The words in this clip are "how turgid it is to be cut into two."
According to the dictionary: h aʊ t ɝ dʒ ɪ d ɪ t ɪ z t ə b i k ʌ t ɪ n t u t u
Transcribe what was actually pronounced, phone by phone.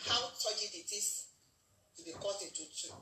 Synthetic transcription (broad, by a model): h aʊ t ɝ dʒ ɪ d ɪ t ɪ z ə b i k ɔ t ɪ t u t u